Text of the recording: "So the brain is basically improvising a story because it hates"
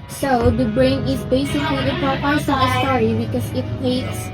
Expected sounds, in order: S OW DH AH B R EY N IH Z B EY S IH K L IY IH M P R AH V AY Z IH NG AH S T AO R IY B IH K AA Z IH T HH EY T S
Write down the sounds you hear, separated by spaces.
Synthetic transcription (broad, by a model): S OW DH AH B R EY N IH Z B EY S IH K L IY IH P AH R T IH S AH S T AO R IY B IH K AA S IH T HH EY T S